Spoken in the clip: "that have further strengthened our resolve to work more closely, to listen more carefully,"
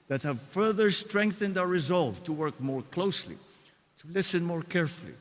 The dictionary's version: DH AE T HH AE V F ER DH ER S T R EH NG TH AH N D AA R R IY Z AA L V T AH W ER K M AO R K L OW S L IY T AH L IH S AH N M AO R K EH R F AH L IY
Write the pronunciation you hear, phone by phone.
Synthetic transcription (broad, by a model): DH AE T HH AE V F ER DH ER S T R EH NG TH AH N D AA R R IY Z AA L V T AH W ER K M AO R K L OW S L IY T AH L IH S AH N M AO R K EH R F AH L IY